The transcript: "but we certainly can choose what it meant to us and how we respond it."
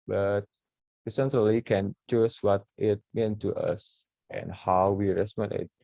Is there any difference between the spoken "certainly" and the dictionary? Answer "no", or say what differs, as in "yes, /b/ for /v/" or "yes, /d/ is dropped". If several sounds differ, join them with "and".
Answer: yes, /n/ is dropped